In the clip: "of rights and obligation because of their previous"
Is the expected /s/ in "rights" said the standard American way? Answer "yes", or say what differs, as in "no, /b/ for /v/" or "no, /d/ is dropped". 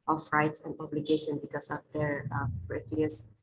yes